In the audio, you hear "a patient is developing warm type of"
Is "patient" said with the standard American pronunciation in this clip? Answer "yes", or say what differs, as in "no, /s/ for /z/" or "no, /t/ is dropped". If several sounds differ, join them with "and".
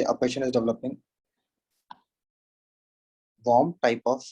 no, /t/ is dropped